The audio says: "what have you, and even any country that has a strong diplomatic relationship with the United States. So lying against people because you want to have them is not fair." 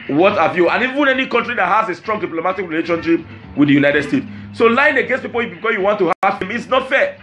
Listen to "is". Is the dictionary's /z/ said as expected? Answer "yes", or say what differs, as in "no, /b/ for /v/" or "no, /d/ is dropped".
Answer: no, /s/ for /z/